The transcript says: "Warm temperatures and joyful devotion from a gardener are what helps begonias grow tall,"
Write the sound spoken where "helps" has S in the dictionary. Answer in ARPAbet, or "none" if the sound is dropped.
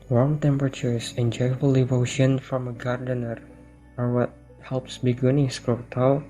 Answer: S